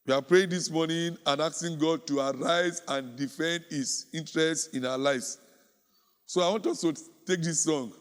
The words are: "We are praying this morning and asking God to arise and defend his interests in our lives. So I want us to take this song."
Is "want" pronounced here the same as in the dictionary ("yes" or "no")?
yes